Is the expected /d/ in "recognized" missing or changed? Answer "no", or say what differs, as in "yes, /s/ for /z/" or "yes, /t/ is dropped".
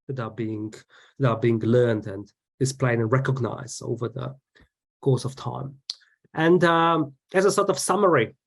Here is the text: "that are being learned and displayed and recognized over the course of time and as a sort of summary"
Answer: yes, /d/ is dropped